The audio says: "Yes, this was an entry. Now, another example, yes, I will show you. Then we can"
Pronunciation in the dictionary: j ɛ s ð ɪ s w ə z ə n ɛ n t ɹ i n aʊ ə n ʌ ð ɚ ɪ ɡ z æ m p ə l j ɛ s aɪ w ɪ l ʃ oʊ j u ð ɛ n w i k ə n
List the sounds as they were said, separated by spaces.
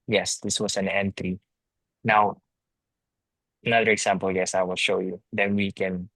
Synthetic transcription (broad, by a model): j ɛ s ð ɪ s w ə s ə n ɛ n t ɹ i n aʊ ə n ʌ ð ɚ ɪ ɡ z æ m p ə l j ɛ s aɪ w ɪ l ʃ oʊ j u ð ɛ n w i k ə n